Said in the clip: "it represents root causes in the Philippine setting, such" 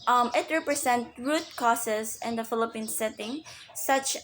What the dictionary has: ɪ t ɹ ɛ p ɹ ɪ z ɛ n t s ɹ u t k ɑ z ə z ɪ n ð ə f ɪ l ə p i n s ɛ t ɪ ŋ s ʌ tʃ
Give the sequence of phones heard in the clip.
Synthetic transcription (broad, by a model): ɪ t ɹ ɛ p ɹ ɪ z ɛ n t ɹ u t k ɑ s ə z ɪ n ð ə f ɪ l ə p i n s ɛ t ɪ ŋ s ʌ tʃ